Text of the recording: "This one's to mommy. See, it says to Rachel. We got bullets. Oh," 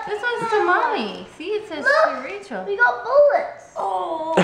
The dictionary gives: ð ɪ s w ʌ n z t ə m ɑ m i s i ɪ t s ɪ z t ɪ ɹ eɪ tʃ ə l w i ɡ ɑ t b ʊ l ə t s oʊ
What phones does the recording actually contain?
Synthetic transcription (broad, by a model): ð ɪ s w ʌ z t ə m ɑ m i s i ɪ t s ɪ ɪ ɹ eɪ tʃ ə l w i ɡ ɑ t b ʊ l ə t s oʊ